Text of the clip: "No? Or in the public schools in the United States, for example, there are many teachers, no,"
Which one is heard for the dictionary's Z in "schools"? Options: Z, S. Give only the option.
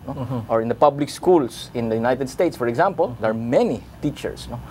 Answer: S